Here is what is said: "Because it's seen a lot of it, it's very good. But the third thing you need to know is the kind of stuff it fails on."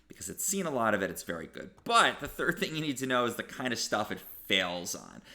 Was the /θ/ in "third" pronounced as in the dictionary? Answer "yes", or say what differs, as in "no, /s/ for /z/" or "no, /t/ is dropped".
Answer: yes